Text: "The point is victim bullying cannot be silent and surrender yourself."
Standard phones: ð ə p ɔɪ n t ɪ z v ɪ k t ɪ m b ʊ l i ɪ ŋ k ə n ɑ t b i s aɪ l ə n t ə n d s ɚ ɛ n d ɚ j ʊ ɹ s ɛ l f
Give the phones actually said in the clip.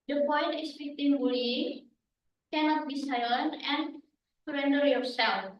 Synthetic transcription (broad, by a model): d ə p ɔɪ n t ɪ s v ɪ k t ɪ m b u l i k ə n ɑ t b i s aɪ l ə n ə n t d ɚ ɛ n d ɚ j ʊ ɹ s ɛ l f